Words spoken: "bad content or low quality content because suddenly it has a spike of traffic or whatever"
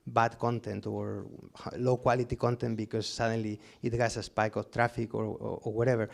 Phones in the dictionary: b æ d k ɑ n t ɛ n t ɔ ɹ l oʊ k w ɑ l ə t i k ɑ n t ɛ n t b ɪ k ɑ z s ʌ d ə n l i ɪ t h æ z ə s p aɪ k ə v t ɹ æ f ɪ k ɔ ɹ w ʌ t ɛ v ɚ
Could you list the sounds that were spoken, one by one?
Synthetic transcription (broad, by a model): b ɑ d k ɑ n t ɛ n t ɔ ɹ l oʊ k w ɑ l ə t i k ɑ n t ɛ n t b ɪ k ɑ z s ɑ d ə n l i ɪ t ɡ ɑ s ə s p aɪ k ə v t ɹ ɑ f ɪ k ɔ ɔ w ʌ t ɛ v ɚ